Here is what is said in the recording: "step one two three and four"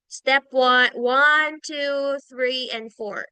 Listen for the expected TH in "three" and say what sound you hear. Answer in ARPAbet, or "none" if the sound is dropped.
TH